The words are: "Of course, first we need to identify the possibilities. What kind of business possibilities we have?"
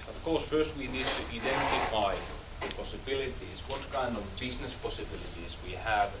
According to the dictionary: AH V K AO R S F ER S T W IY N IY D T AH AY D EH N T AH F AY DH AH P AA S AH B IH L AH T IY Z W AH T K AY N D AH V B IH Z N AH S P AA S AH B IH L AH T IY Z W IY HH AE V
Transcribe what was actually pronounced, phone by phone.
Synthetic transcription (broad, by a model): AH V K AO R S F ER S T W IY N IY D T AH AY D EH N T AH F AY DH AH P AA S AH B IH L AH T IY Z W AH T K AY N D AH V B IH Z N AH S P AA S AH B IH L AH T IY Z W IY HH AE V